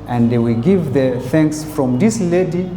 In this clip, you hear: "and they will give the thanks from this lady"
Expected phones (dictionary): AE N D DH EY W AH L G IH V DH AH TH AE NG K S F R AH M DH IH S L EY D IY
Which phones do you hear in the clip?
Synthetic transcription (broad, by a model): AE N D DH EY W AH L G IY V DH AH TH AE NG K S F R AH M DH IH S L EY D IY